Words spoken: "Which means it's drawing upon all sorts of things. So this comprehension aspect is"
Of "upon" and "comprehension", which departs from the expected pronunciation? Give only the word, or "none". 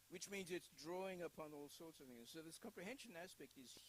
none